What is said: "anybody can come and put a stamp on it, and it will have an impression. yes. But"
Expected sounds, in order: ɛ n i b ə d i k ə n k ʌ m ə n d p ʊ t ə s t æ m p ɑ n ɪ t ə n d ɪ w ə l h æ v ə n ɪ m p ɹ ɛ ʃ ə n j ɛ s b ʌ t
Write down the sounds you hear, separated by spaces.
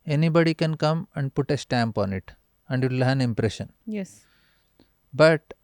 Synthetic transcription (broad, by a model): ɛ n i b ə d i k ə n k ʌ m ə n d p ʊ t ə s t æ m p ɑ n ɪ t ə n d ɪ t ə l h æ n ɪ m p ɹ ɛ ʃ ə n j ɛ s b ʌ t